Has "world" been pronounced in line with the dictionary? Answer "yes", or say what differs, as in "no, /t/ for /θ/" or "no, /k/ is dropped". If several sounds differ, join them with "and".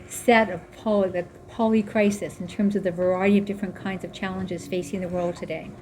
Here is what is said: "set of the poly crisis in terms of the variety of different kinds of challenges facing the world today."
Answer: yes